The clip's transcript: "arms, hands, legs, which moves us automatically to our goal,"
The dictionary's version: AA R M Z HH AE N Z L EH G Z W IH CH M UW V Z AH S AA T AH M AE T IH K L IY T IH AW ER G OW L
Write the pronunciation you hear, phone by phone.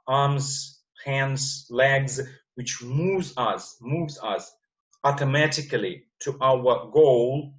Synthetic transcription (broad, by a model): AA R M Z HH AE N Z L EH G Z W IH CH M UW V Z AH S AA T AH M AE T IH K L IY T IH AW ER G OW L